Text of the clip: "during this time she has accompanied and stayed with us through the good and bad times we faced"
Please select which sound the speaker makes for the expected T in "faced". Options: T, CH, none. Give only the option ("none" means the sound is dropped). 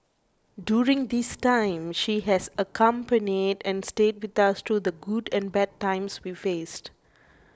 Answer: T